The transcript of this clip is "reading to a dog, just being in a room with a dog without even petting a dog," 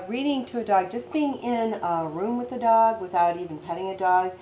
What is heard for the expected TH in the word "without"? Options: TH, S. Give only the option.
TH